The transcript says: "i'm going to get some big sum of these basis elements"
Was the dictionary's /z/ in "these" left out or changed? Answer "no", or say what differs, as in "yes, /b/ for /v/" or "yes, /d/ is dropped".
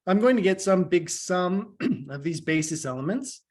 no